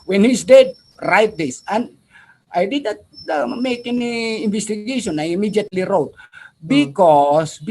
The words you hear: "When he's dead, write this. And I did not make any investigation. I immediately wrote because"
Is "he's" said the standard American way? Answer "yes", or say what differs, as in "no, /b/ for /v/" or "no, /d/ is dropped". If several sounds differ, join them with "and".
no, /s/ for /z/